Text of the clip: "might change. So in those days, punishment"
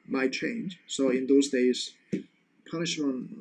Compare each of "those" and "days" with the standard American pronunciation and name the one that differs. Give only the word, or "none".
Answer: none